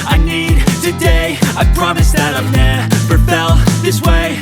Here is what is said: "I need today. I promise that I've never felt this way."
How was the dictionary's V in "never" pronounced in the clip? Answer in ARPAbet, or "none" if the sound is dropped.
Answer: P